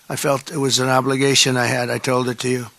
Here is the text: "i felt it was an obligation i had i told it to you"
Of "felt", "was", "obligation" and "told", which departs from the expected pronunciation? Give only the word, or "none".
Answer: none